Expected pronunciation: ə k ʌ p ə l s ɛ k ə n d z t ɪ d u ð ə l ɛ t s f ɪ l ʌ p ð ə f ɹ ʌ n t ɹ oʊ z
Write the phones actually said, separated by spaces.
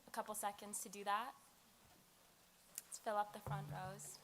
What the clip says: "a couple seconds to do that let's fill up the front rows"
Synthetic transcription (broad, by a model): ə k ʌ p l s ɛ k ə n d z t ɪ d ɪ ð ə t f ɪ l ʌ p ð ə f ɹ ʌ n t ɹ oʊ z